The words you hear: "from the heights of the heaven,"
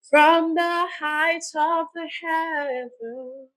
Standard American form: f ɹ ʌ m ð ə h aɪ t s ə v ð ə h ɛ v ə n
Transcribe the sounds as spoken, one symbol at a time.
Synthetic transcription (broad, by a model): f ɹ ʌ m ð ə h aɪ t ə v ð ə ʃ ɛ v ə